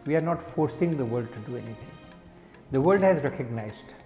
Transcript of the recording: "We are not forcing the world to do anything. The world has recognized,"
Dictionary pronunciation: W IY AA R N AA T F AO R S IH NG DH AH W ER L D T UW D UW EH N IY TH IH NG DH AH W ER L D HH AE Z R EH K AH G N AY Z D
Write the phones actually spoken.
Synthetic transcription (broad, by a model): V IY AA R N AA T F AO R S IH NG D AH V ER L D T UW D UW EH N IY T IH NG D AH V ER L D HH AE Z R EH K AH G N AY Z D